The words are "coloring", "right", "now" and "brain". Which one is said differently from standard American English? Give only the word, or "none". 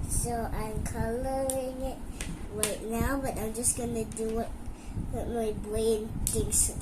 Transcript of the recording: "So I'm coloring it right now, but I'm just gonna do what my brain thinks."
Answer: brain